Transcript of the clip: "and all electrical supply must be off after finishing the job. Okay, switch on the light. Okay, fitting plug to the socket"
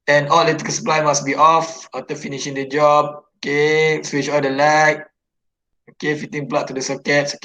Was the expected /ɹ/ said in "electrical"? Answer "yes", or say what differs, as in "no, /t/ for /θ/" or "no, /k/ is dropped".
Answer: no, /ɹ/ is dropped